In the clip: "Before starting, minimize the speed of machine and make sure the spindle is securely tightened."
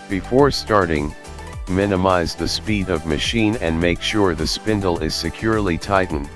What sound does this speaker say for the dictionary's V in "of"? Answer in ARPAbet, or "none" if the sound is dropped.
V